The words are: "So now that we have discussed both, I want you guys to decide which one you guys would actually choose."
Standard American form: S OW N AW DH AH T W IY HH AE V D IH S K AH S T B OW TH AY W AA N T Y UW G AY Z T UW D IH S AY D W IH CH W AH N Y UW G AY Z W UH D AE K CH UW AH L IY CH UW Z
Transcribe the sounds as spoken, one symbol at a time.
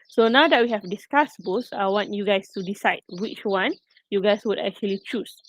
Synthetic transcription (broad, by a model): S OW N AW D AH T W IY HH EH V D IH S K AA S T B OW S AY W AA N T Y UW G AY S T UW D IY S AY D W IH CH W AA N Y UW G AY S W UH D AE K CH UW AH L IY CH UW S